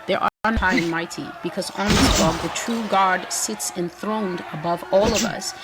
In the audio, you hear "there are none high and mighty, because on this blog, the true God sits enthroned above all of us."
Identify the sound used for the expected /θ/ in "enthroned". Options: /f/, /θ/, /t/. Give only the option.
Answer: /θ/